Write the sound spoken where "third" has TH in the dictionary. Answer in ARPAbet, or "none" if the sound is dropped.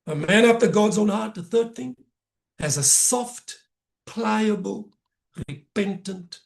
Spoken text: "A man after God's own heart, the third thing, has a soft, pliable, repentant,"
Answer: TH